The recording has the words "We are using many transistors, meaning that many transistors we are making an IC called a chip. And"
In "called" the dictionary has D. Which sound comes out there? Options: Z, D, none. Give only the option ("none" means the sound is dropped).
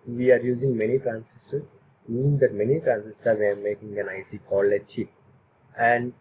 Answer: none